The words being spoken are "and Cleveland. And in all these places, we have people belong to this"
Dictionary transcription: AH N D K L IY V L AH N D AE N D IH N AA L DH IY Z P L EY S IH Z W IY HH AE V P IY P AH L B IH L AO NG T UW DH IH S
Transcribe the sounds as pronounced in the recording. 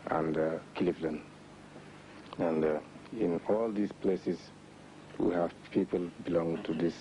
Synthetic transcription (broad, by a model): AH N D K L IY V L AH N AE N D IH N AA L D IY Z P L EY S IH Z W IY HH AE V P IY P AH L B IH L AO NG T UW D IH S